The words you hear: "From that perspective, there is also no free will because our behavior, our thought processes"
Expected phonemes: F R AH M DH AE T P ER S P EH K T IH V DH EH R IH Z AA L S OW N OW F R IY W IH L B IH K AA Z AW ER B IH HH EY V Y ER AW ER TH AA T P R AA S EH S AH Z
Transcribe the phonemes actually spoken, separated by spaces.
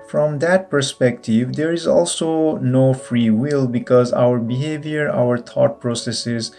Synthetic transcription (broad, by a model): F R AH M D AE T P ER S P EH K T IH V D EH R IH Z AA L S OW N OW F R IY W IH L B IH K AA Z AW ER B IH HH EY V Y ER AW ER T AA T P R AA S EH S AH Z